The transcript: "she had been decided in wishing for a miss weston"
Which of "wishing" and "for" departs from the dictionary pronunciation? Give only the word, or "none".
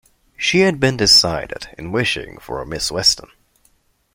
none